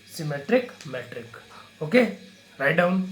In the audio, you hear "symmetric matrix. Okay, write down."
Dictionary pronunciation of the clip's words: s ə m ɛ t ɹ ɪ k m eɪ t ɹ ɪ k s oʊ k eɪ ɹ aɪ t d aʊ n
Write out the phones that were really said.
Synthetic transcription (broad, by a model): s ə m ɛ t ɹ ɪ k m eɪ t ɹ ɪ k oʊ k eɪ ɹ aɪ t d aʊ n